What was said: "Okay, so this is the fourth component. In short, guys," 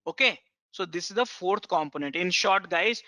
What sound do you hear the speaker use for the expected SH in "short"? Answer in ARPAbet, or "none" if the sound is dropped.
SH